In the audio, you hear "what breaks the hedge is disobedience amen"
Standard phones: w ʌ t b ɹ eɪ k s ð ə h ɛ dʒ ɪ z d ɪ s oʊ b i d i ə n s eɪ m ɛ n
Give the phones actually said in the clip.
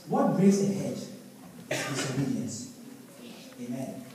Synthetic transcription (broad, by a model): w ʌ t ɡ ɹ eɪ s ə h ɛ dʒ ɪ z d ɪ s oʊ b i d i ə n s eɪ m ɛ n